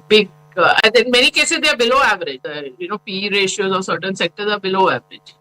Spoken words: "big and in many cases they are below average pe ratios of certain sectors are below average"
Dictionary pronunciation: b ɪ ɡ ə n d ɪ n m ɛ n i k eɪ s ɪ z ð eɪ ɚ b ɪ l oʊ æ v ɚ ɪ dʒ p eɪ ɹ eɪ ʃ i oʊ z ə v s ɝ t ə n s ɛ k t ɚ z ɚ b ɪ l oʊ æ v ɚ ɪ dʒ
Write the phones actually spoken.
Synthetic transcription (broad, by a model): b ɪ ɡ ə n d ɪ n m ɛ n i k eɪ s ɪ z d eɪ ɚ b ɪ l oʊ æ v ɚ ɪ dʒ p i ɹ eɪ ʃ i oʊ z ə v s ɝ t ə n s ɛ k t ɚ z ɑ b ɪ l oʊ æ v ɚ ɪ dʒ